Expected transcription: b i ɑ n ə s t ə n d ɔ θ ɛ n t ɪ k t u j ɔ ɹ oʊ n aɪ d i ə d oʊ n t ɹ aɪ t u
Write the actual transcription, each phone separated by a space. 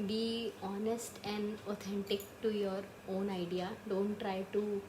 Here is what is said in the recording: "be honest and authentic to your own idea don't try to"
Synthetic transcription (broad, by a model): b i ɑ n ə s t ə n d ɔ t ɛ n t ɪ k t u j ɔ ɹ oʊ n aɪ d i ə d oʊ n t ɹ aɪ t u